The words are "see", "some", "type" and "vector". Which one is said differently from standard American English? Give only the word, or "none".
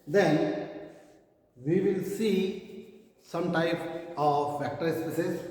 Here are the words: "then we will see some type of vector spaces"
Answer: vector